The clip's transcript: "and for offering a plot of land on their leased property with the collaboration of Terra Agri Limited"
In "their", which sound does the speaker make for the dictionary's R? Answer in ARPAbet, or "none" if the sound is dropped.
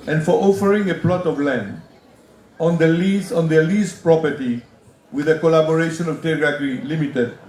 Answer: L